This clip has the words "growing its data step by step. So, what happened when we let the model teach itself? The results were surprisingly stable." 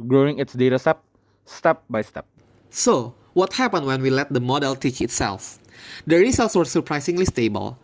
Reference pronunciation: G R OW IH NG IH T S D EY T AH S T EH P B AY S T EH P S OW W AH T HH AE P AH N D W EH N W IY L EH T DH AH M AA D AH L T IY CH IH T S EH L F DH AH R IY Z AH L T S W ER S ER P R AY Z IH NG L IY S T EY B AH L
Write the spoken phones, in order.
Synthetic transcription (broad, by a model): G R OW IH NG IH T S D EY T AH S T EH P B AY S T EH P S OW W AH T HH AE P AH N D W EH N W IY L EH T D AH M AA D AH L T IY CH IH T S EH L F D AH R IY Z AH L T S W ER S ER P R AY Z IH NG L IY S T EY B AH L